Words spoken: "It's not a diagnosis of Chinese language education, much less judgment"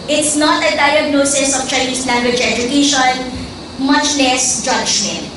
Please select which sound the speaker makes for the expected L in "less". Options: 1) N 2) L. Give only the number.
2